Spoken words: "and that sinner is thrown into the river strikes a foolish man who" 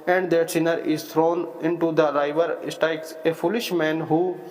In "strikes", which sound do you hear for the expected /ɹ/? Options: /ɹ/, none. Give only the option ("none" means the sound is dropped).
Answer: none